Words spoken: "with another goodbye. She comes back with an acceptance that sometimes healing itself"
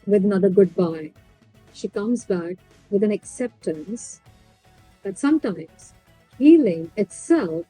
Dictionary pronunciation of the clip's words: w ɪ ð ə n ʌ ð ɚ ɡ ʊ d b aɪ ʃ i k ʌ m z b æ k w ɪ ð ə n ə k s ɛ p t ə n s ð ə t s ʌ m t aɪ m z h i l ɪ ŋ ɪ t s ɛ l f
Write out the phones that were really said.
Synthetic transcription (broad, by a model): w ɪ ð ə n ʌ ð ɚ ɡ ʊ d b aɪ ʃ i k ʌ m z b æ k w ɪ ð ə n ə k s ɛ p t ə n s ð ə t s ʌ m t aɪ m z h i l ɪ ŋ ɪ t s ɛ l f